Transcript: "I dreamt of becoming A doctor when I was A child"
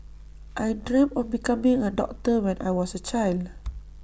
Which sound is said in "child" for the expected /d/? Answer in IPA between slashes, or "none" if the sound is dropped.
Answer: /d/